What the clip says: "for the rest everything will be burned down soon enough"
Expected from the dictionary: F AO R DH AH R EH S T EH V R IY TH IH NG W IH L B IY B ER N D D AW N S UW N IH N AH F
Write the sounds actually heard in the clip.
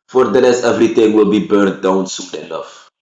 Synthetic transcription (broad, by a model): F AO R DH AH L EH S EH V R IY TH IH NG W IH L B IY B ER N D D AW N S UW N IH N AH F